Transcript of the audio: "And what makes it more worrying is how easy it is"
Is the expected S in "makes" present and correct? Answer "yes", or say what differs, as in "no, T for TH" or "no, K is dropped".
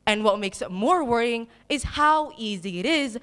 yes